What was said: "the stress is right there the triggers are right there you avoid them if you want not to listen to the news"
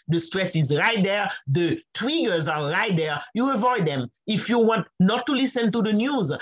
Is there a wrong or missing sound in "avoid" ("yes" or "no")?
no